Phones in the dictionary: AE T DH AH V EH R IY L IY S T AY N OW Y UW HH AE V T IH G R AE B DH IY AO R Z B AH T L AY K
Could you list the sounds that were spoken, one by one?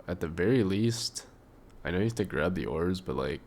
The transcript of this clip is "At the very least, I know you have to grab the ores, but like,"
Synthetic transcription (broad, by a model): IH T DH AH V EH R IY L IY S T AY N OW Y UW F T IH G R AE B DH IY AO R Z B AH T L AY K